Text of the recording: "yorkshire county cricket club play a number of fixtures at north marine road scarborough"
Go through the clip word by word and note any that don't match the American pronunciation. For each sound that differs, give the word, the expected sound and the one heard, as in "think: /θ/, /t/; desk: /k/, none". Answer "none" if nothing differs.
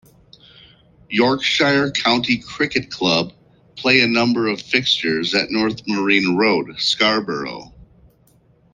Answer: none